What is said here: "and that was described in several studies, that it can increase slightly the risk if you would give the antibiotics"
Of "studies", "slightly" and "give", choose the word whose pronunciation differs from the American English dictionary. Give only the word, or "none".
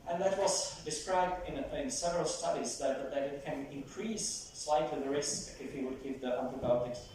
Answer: none